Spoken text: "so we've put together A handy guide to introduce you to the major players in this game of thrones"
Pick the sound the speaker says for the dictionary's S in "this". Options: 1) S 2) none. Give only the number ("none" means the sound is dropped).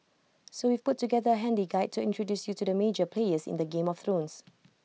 2